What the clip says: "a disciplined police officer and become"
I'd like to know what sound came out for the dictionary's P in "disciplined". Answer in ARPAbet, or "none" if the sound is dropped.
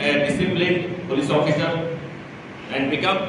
B